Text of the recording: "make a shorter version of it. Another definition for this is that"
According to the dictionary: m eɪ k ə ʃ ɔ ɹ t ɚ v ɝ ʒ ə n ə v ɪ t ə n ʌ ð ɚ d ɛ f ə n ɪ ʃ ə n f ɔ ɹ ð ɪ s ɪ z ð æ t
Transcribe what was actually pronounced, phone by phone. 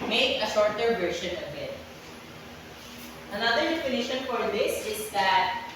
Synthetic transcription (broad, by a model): m eɪ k ə ʃ ɔ ɹ t ɚ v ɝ ʃ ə n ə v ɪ t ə n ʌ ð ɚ d ɛ f ə n ɪ ʃ ə n f ɔ ɹ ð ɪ s ɪ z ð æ t